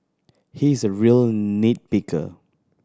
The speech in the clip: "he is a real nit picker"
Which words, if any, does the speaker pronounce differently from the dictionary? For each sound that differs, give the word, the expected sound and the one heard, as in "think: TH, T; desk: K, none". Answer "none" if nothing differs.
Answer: picker: P, B